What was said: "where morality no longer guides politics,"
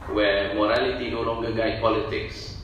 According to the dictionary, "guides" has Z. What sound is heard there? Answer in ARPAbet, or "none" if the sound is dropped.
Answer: none